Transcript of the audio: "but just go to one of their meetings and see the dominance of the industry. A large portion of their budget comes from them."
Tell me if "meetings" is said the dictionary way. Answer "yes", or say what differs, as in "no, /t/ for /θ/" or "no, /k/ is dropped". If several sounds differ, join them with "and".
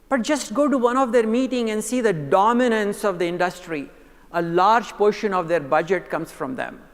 no, /z/ is dropped